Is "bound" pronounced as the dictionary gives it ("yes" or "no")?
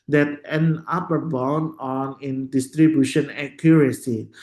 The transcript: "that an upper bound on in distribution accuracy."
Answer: no